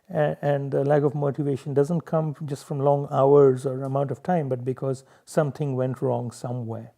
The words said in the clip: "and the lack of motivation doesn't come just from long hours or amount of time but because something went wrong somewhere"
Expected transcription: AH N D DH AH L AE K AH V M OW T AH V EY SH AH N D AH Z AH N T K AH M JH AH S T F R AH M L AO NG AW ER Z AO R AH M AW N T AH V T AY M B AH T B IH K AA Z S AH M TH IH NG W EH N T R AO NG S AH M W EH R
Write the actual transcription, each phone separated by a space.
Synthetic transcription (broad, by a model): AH N D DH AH L AE K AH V M OW T AH V EY SH AH N D AH Z AH N T K AH M JH AH S T F R AH M L AO NG AW ER Z AO R AH M AW N T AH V T AY M B AH T B IH K AA Z S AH M T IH NG W EH N T R AO NG S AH M W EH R